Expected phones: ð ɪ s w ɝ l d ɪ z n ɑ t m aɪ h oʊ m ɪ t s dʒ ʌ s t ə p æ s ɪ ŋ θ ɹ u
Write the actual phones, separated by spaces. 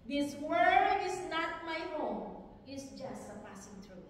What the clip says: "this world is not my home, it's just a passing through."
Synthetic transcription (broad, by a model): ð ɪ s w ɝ d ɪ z n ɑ t m aɪ h oʊ m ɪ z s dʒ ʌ s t ə p æ s ɪ ŋ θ ɹ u